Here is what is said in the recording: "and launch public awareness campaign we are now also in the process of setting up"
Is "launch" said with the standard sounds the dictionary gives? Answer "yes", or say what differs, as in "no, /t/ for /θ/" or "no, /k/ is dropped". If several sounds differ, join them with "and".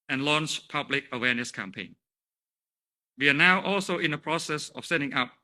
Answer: yes